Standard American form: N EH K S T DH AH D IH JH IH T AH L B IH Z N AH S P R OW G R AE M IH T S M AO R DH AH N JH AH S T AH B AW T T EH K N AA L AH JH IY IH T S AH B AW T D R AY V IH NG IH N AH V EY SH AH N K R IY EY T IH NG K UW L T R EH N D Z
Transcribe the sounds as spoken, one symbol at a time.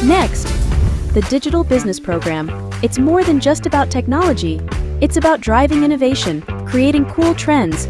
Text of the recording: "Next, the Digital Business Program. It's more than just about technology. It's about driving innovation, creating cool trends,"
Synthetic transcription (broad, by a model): N EH K S T DH AH D IH JH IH T L B IH Z N AH S P R OW G R AE M IH T S M AO R DH AH N JH AH S T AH B AW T T EH K N AA L AH JH IY IH T S AH B AW T D R AY V IH NG IH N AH V EY SH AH N K R IY EY T IH NG K UW L T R EH N D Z